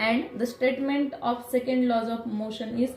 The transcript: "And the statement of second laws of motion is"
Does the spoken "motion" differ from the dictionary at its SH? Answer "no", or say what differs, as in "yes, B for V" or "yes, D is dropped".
no